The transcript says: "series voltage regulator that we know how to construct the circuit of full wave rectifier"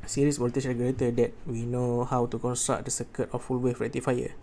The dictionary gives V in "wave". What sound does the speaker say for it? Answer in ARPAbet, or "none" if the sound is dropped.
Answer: F